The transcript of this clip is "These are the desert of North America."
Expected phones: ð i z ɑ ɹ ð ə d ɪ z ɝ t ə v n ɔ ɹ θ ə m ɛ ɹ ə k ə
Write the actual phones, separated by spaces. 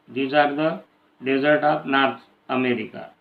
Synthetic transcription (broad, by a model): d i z ɑ ɹ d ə d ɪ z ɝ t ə p n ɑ ɹ t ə m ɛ ɹ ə k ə